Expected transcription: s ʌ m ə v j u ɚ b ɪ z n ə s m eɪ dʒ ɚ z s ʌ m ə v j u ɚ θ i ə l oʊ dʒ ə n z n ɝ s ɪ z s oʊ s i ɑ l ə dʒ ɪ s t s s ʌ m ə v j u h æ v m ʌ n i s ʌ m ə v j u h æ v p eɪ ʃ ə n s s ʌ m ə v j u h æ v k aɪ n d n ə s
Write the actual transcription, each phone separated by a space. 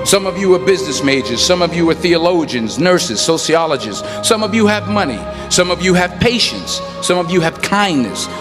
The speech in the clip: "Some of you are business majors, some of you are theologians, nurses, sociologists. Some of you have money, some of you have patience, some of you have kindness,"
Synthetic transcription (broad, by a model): s ʌ m ə v j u ɚ b ɪ z n ə s m eɪ dʒ ɚ z s ʌ m ə v j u ɚ θ i ə l oʊ dʒ ə n z n ɝ s ɪ z s oʊ s i ɑ l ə dʒ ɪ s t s s ʌ m ə v j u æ v m ʌ n i s ʌ m ə v j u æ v p eɪ ʃ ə n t s ʌ m ə v j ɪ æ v k aɪ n n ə s